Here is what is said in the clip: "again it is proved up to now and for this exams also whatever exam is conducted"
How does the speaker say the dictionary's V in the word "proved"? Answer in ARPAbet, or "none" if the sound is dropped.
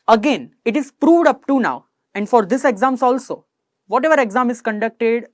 V